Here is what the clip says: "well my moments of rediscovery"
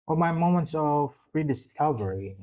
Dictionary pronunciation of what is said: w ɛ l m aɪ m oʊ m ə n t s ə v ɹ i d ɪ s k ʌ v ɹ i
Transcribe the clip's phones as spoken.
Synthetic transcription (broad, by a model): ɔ m aɪ m oʊ m ə n t s ə v ɹ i d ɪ s k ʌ v ɹ i